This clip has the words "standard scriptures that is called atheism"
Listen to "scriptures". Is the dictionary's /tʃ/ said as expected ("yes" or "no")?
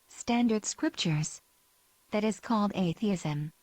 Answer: yes